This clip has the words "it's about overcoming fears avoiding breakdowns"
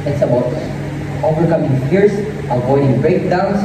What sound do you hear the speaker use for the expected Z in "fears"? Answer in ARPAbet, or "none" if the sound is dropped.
S